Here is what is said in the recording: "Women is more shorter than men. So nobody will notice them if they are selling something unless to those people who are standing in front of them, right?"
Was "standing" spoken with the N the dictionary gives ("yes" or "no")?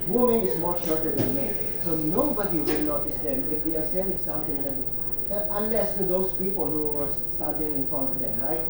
no